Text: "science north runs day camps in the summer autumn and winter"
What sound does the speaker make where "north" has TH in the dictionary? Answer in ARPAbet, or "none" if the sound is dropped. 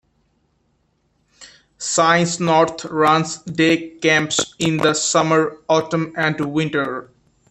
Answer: T